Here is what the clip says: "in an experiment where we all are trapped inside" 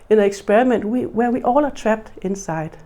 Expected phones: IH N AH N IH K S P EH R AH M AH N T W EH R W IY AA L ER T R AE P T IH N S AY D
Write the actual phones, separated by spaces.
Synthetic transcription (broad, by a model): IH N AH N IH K S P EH R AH M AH N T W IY W W IY AA L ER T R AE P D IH N S AY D